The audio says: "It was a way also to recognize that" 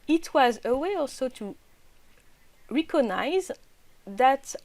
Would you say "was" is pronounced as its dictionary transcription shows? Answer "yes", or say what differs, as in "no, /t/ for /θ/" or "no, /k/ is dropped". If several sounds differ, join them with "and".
yes